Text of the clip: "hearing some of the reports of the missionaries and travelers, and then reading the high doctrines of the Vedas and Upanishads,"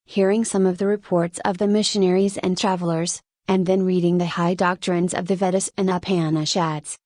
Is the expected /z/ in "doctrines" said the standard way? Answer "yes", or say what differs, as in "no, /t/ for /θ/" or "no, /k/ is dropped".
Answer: yes